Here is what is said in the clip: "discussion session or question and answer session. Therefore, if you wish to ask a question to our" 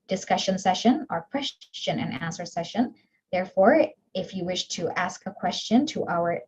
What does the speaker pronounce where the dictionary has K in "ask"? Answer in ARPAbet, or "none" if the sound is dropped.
K